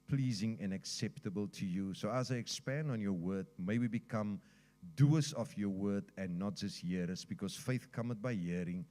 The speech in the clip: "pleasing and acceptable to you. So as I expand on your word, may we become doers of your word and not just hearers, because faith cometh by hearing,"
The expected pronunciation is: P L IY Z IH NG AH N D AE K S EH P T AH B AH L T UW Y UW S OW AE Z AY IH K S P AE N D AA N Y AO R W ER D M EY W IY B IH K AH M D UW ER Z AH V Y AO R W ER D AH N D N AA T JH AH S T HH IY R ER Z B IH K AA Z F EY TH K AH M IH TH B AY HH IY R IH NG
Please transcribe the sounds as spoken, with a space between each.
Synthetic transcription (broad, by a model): P L IY Z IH NG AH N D AE K S EH P T AH B AH L T UW Y UW S OW AE Z AY IH K S P AE N D AA N Y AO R W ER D M EY W IY B IH K AH M D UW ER S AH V Y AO W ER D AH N N AA T JH AH S T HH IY R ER S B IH K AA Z F EY TH K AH M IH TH B AY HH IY R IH NG